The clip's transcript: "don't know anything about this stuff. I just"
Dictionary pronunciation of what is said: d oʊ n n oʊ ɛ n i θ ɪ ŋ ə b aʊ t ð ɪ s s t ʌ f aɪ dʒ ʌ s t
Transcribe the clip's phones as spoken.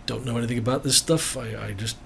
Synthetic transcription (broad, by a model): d oʊ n n oʊ ɛ n i θ ɪ ŋ ə b aʊ t ð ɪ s s t ʌ f aɪ dʒ ʌ s t